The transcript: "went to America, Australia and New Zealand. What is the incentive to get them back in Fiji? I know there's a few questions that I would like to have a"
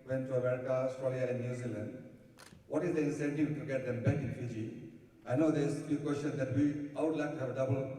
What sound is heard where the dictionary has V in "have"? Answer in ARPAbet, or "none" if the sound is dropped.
B